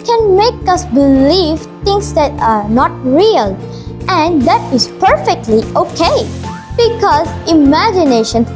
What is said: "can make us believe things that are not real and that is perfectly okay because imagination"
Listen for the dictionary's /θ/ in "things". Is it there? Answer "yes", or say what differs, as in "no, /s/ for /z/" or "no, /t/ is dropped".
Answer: no, /t/ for /θ/